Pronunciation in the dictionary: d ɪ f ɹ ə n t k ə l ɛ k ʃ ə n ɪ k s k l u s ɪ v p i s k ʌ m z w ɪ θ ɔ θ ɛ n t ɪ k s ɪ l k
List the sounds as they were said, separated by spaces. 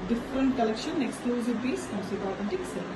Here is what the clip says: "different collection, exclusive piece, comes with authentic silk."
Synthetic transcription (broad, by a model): d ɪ f ɹ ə n t k ə l ɛ k ʃ ə n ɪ k s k l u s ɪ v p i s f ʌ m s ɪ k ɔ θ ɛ n t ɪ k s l